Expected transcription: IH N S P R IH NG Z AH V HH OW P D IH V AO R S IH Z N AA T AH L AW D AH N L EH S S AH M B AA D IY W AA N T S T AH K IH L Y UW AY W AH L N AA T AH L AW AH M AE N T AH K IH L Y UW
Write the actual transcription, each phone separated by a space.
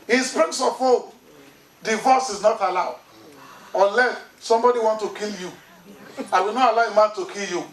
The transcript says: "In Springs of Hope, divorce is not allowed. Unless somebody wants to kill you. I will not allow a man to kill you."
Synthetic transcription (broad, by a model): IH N S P R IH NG S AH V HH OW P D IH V AO S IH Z N AA T AH L AW D AH N L EH S S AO M B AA D IY W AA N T T AH K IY L Y UW AY W AH L N AA T AH L AW AH M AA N T AH K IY L Y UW